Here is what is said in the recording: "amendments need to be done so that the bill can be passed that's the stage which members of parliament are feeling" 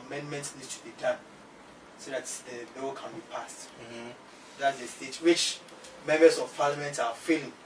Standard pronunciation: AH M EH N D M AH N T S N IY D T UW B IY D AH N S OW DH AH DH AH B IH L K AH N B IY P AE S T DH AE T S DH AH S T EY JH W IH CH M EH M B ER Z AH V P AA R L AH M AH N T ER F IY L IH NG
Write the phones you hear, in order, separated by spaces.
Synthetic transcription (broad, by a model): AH M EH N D M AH N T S N IY D T UW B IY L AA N S OW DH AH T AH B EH W K AH N B IY P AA S T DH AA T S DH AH S T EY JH W IH CH M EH M B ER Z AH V P AA L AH M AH N T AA F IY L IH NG